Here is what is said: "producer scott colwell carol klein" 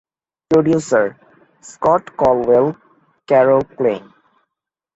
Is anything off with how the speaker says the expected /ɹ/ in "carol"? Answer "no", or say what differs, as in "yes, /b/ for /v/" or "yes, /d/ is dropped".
no